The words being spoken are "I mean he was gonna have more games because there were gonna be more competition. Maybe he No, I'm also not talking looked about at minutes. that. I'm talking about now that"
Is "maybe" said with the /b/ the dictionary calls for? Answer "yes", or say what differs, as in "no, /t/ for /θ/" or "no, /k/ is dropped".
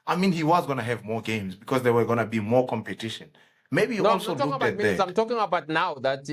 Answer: no, /b/ is dropped